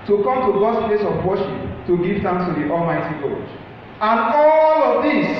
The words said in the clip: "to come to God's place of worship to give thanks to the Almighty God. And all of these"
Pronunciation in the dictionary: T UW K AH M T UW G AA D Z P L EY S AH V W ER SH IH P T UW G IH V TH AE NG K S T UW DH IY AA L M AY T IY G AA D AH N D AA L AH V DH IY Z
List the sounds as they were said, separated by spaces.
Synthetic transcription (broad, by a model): T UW K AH M T UW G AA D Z P L EY S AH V W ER SH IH P T UW G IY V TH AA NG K S T UW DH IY AA L M AY T IY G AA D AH N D AA L AH V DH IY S